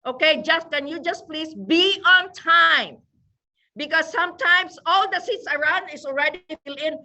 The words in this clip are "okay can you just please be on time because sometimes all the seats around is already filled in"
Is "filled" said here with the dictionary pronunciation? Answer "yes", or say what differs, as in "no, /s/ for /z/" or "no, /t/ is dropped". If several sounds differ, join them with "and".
no, /d/ is dropped